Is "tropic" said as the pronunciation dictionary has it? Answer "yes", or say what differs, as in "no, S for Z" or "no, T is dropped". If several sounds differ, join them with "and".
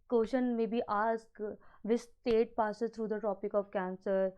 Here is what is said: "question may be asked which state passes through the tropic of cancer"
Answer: no, R is dropped